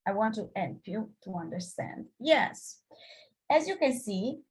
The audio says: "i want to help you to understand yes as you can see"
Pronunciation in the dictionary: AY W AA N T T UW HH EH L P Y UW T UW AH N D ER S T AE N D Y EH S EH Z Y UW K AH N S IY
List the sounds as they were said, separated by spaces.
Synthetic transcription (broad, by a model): AY W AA N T T UW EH N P Y UW T UW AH N D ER S T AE N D Y EH S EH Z Y UW K AH N S IY